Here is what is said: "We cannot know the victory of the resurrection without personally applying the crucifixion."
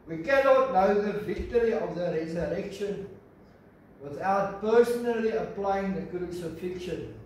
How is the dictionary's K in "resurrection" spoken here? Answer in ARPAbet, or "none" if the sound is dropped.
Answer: K